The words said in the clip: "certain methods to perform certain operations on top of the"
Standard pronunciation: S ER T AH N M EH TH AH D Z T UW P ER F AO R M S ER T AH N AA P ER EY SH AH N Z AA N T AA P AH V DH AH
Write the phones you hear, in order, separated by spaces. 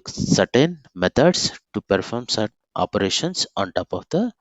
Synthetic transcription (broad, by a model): S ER T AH N M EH T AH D S T UW P ER F AO R M S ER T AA P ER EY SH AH N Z AA N T AA P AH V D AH